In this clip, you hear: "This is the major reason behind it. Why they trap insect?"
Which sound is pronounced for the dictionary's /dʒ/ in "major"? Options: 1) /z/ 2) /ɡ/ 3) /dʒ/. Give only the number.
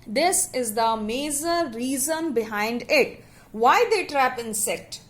1